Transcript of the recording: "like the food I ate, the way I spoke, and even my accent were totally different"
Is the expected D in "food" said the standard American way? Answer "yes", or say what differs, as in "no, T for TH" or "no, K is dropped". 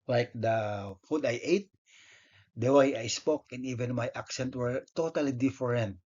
yes